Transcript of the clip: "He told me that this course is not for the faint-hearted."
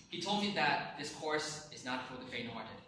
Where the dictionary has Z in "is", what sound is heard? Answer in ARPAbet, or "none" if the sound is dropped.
Z